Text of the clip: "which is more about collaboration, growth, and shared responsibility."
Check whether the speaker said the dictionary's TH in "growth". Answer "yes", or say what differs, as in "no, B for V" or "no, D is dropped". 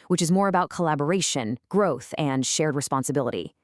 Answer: yes